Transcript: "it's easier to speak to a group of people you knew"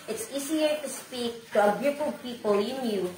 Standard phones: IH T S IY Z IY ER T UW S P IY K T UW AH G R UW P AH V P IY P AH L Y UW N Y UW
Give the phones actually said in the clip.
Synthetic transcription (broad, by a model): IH T S IY S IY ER T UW S P IY K T UW AH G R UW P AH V P IY P AH L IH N Y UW